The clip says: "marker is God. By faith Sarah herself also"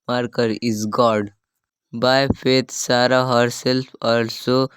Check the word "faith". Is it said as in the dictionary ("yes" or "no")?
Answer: no